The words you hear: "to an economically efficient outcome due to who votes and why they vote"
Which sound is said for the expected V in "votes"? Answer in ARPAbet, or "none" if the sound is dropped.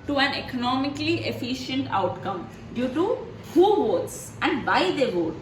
V